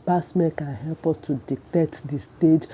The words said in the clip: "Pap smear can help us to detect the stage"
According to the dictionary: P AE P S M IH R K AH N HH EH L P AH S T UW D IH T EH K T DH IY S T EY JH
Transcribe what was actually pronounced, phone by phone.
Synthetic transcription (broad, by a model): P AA S M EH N K AH N HH EH L P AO S T UW D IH T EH T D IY S T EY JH